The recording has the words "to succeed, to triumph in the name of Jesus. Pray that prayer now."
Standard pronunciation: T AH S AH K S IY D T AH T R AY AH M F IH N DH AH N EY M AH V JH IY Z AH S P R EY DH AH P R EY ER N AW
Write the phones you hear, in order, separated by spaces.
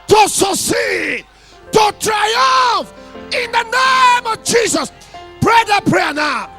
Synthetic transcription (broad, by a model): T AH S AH S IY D T AH T R AY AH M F IH N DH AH N EY M AH V JH IY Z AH S P R EY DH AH P R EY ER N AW